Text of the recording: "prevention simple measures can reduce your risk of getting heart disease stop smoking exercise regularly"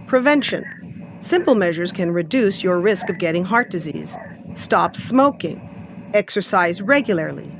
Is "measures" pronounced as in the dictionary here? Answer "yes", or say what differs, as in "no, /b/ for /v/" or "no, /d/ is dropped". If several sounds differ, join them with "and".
yes